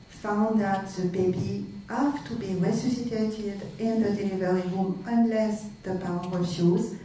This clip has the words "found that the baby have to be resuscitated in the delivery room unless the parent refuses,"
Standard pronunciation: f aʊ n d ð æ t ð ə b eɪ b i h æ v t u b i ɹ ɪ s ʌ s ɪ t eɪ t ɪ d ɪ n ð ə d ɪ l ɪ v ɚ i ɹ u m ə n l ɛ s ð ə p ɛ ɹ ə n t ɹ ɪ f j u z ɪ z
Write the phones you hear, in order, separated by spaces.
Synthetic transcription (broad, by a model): f aʊ n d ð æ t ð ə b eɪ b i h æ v t u b i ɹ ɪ s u s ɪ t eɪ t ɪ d ɪ n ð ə d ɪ l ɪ v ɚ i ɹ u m ə n l ɛ s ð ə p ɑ w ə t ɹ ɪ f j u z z